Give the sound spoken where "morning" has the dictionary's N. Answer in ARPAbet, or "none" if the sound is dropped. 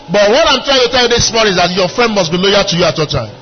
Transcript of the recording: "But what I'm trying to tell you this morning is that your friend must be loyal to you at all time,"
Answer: none